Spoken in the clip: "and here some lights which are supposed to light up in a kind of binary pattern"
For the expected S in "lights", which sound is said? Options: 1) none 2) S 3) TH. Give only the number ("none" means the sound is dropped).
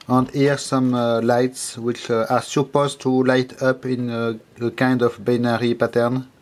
2